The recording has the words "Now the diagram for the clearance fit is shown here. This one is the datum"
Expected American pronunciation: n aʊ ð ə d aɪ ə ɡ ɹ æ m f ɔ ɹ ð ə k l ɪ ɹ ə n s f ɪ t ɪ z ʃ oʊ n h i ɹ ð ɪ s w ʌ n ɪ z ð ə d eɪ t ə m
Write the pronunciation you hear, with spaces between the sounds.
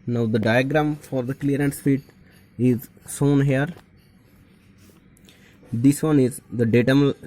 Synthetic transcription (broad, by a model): n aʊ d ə d aɪ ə ɡ ɹ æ m f ɔ ɹ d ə k l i ɹ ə n s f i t ɪ z s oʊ n h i ɹ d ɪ s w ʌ n ɪ z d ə d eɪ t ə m